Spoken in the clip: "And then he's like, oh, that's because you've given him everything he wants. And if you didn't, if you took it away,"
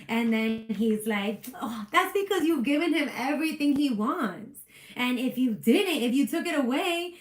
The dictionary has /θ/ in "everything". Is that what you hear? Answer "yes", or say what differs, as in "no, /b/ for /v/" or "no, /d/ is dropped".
yes